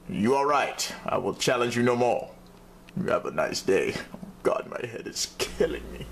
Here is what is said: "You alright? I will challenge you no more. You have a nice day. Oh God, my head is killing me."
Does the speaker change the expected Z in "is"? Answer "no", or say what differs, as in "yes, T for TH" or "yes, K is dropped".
yes, S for Z